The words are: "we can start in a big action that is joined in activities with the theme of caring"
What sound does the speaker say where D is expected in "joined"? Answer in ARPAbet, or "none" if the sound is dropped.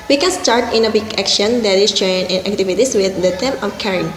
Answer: none